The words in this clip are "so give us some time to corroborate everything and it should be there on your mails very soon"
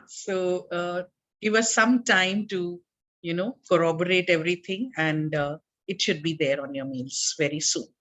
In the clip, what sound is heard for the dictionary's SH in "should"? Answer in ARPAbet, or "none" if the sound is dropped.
SH